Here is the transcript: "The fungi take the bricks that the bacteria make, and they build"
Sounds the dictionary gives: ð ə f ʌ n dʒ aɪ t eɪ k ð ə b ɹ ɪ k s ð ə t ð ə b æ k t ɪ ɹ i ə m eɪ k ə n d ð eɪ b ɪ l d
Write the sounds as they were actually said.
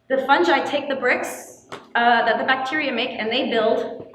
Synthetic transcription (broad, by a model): ð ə f ʌ n dʒ aɪ t eɪ k ð ə b ɹ ɪ k s ð ə t ð ə b æ k t ɪ ɹ i ə m eɪ k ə n ð eɪ b ɪ l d